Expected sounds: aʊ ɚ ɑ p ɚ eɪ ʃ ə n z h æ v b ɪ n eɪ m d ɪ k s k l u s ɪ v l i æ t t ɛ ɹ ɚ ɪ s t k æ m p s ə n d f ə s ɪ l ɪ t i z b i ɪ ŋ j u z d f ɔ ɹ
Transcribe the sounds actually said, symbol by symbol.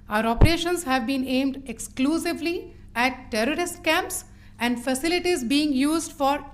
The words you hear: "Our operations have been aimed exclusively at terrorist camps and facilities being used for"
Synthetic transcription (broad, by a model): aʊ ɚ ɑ p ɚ eɪ ʃ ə n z h æ v b ɪ n eɪ m d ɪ k s k l u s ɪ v l i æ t t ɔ ɹ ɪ s t k æ m p s ə n d f ə s ɪ l ɪ t i z b i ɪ ŋ j u z d f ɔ ɹ